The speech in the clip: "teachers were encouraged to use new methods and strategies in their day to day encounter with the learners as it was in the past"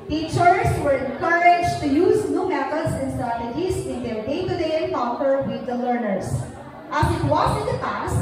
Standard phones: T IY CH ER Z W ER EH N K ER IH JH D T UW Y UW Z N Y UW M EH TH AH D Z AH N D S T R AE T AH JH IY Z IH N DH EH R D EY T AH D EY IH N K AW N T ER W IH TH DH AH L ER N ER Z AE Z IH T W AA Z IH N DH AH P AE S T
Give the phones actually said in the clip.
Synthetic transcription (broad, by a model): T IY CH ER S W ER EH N K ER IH JH T UW Y UW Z N Y UW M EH T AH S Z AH N S T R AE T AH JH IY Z IH N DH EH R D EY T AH D EY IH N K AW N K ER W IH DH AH L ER N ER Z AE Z IH T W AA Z IH N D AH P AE S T